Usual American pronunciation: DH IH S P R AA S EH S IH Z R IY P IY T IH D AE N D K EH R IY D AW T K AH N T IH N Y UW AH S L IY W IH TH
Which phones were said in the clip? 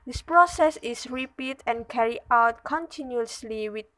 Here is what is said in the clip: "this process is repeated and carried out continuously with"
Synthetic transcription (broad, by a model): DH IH S P R AA S EH S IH S R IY P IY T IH N K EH R IY AW T K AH N T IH N Y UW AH S L IY W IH